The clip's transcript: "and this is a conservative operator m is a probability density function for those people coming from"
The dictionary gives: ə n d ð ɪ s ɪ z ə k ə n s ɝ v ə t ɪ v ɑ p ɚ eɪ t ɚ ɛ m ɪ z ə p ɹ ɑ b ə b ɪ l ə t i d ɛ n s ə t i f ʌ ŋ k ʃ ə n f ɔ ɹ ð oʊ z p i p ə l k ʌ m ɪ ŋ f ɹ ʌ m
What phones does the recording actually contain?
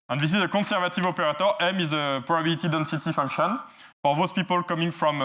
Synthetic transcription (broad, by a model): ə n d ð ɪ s ɪ z ə k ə s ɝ v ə t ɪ v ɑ p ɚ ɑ t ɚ ɛ m ɪ z ə p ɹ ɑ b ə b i l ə t i d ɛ n s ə t i f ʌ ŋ k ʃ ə n f ɔ ɹ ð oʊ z p i p ə l k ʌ m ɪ ŋ f ɹ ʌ m